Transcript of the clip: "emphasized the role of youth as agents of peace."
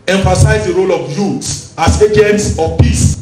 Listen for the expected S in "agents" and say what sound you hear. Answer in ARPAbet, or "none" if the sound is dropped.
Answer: S